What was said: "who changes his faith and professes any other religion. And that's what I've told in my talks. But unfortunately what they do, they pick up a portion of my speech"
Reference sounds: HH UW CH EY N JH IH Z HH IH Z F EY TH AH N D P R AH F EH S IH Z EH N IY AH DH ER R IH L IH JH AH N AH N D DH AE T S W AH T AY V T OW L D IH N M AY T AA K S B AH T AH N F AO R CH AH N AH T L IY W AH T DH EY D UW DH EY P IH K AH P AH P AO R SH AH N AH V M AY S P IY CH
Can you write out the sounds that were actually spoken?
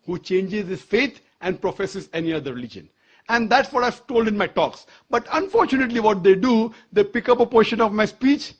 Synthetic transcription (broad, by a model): HH UW CH EY N JH IH Z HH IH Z F EY T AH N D P R AH F EH S IH Z EH N IY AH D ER R IH L IH JH AH N AH N D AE T S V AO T AY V T OW L D IH N M AY T AA K S B AH T AH N F AO R CH AH N AH T L IY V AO T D EY D UW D EY P IH K AH P AH P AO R SH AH N AH V M AY S P IY CH